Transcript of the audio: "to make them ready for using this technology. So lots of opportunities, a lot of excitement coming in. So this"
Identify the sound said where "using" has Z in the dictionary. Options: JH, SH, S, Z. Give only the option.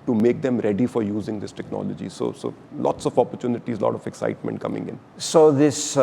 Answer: Z